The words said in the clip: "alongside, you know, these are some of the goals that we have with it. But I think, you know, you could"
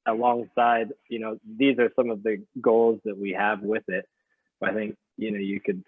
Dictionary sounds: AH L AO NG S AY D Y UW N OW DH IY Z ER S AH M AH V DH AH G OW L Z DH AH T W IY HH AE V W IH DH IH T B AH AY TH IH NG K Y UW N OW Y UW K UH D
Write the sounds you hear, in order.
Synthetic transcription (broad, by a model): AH L AO NG S AY D Y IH N OW DH IY Z ER S AH M AH V DH AH G OW L Z DH AH T W IY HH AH V W IH DH IH T B AH AY TH IH NG K Y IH N OW Y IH K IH D